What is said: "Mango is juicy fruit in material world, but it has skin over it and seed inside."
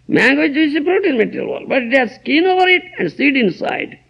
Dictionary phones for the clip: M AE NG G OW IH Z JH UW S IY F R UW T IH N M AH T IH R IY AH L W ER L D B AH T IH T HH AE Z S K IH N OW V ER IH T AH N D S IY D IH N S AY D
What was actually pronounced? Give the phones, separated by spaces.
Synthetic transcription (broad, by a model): M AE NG G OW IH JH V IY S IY P R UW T IH N M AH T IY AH L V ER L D B AH T IH T HH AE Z S K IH N OW V ER IH T AH N D S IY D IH N S AY D